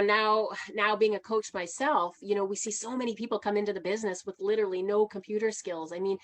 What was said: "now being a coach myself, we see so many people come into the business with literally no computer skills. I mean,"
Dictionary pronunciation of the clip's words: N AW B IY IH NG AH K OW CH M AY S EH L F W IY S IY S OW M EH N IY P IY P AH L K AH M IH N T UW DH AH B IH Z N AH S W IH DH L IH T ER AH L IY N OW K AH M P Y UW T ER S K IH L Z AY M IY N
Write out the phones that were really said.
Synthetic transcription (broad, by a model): N AW B IY IH NG AH K OW CH M AY S EH L F W IY S IY S OW M EH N IY P IY P L K AH M IH N T UW DH AH B IH Z N AH S W IH DH L IH T ER L IY N OW K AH M P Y UW T ER S K IH L Z AY M IY N